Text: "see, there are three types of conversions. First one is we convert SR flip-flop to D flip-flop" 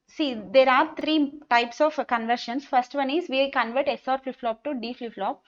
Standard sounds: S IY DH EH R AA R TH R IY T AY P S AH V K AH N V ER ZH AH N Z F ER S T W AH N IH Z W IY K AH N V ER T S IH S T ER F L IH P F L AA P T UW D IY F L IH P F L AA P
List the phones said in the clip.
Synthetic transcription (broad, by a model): S IY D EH R AA R T R IY T AY P S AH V K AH N V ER SH AH N S F ER S T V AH N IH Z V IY K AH N V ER T S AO T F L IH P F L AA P T UW D IY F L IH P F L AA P